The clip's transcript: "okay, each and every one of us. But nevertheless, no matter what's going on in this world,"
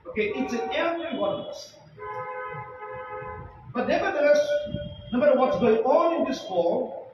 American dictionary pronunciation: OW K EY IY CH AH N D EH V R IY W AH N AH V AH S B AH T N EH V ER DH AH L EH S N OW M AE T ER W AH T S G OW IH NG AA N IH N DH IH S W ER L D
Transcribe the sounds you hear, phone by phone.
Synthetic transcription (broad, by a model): OW K EY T S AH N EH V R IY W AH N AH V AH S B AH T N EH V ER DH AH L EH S N OW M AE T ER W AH T S G OW IH NG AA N IH N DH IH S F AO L